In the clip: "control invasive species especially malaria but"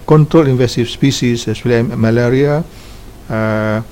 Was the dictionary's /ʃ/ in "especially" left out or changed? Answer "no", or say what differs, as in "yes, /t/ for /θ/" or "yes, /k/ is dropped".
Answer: yes, /ʃ/ is dropped